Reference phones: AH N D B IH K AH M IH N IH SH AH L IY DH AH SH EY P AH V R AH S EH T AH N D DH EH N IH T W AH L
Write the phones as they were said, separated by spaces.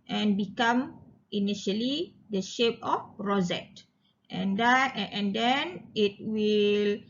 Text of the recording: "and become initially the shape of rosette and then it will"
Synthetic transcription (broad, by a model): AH N B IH K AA M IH N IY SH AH L IY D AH SH EY P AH F R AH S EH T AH N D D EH N IH T W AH L